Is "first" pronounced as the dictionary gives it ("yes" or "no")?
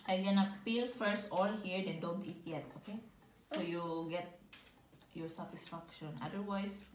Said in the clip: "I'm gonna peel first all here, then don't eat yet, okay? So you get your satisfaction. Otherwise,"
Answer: yes